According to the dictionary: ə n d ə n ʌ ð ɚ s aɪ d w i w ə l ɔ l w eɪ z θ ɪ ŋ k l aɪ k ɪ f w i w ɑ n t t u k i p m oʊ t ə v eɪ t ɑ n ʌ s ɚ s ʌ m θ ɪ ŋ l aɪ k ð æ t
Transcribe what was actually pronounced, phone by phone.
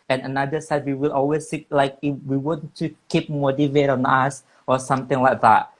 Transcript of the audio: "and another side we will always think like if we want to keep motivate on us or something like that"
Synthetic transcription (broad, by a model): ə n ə n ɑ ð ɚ s aɪ d w i w ə l ɔ l w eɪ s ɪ k l aɪ k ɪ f w i w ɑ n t t u k i p m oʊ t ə v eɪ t ɑ n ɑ s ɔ s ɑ m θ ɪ ŋ l aɪ k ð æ t